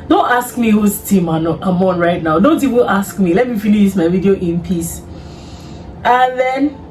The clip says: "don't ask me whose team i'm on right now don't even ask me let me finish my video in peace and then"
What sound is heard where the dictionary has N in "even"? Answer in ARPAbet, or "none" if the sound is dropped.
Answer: L